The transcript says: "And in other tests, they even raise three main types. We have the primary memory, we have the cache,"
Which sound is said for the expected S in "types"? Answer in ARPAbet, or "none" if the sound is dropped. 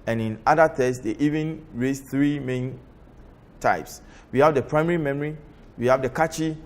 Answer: S